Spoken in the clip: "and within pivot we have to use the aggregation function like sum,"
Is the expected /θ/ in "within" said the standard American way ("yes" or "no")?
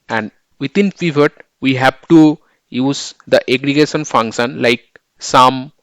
no